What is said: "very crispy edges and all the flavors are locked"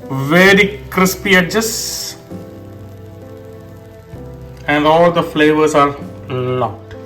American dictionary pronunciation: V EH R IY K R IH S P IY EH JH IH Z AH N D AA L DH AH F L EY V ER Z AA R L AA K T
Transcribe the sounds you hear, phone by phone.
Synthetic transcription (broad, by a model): V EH R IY K R IH S P IY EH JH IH S AH N D AA L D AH F L EY V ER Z AA R L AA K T